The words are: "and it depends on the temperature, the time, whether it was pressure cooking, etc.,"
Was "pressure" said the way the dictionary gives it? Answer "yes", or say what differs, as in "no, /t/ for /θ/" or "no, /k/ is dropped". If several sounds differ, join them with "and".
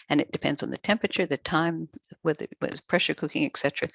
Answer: yes